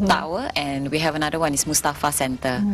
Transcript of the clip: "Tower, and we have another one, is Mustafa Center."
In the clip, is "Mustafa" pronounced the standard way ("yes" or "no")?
yes